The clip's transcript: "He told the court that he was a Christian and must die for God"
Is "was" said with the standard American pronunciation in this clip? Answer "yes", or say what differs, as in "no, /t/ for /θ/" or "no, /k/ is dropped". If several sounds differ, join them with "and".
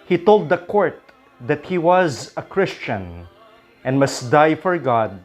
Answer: yes